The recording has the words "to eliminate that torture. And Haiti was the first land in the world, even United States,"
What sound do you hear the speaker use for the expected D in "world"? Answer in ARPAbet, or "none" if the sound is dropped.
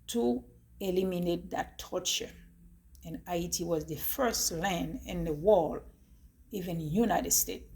none